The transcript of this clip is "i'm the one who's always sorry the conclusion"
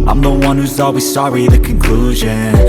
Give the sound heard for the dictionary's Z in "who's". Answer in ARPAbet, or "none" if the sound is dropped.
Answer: Z